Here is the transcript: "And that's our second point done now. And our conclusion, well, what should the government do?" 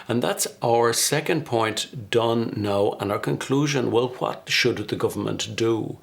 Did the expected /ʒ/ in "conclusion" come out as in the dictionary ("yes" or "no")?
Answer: yes